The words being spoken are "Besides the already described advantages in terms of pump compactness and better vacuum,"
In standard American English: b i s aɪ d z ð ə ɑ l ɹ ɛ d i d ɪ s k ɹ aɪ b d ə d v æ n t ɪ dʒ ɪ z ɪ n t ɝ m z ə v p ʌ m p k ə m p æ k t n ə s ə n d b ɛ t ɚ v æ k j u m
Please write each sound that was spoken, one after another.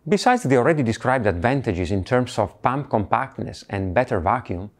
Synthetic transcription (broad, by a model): b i s aɪ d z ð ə ɑ l ɹ ɛ d i d ɪ s k ɹ aɪ b d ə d v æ n t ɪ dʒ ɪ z ɪ n t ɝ m s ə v p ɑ m p k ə m p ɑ k t n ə s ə n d b ɛ t ɚ v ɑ k j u m